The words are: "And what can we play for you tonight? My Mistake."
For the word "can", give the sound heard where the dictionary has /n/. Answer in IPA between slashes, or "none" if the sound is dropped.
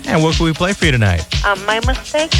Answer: /l/